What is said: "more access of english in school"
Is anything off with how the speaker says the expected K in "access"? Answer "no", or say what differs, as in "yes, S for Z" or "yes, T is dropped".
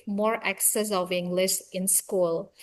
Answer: no